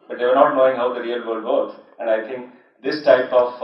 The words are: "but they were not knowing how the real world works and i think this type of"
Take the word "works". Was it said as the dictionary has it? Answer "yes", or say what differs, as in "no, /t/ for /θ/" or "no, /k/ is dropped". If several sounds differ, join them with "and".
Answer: no, /s/ is dropped